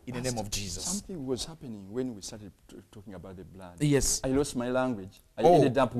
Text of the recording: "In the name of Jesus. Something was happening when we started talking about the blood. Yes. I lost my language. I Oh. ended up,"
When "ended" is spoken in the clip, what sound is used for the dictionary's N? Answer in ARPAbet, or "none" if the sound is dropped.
none